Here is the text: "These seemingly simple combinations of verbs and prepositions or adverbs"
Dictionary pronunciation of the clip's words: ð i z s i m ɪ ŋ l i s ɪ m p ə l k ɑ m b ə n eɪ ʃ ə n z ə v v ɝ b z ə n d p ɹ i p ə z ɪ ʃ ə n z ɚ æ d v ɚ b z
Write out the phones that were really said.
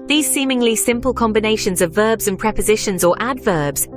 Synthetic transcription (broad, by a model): ð i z s i m ɪ ŋ l i s ɪ m p ə l k ɑ m b ə n eɪ ʃ ə n z ə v v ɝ b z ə n p ɹ i p ə z ɪ ʃ ə n z ɚ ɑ d v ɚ b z